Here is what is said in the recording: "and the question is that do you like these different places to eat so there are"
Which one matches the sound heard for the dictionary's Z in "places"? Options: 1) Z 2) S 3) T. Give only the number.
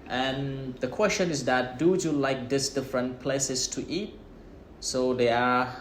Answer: 2